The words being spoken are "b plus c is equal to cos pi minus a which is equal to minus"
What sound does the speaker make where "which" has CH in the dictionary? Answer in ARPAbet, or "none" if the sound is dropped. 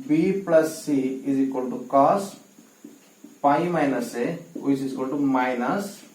none